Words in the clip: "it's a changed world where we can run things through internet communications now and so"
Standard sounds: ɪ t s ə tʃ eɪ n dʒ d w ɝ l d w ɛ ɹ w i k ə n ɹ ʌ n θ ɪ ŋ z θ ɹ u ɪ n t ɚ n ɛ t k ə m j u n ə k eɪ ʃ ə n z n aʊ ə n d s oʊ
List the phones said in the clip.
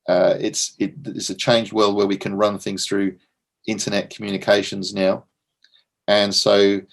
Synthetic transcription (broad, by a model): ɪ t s ə tʃ eɪ n dʒ d w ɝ l d w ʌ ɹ w i k ə n ɹ ʌ n θ ɪ ŋ z θ ɹ u ɪ n t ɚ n ɛ t k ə m j u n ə k eɪ ʃ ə n z n aʊ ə n s oʊ